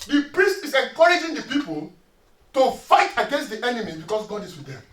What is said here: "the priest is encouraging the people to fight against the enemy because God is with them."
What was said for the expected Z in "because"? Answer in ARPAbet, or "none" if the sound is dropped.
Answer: S